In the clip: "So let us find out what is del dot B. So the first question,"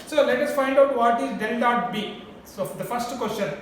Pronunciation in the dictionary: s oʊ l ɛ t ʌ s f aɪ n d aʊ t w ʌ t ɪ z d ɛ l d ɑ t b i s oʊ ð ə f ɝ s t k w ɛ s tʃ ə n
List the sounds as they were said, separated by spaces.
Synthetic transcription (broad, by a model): s oʊ l ɛ t ʌ s f aɪ n d aʊ t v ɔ t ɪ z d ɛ n d ɑ t b i s oʊ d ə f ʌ s t k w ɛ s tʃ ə n